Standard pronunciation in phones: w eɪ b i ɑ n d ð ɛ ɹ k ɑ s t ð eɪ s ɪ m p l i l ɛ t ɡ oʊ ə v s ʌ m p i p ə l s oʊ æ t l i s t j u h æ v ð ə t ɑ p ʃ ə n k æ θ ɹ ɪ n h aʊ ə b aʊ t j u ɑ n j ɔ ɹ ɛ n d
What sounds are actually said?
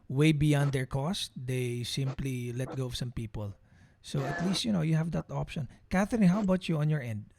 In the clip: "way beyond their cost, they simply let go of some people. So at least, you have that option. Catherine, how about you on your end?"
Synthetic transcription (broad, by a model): w eɪ b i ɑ n d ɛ ɹ k ɑ s t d eɪ s ɪ m p l i l ɛ t ɡ oʊ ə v s ʌ m p i p ə l s oʊ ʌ t l i s t j u h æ v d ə t ɑ p ʃ ə n k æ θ ɪ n h aʊ b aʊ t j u ɑ n j ɔ ɹ ɛ n d